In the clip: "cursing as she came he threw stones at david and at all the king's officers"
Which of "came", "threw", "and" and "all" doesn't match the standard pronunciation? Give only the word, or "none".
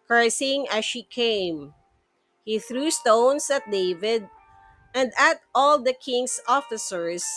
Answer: none